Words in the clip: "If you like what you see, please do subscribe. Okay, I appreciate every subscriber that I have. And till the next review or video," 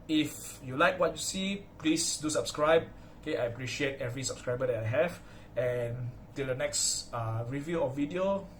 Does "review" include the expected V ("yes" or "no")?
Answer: yes